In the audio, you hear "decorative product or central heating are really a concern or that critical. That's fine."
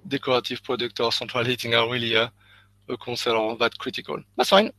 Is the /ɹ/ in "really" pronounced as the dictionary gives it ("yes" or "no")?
no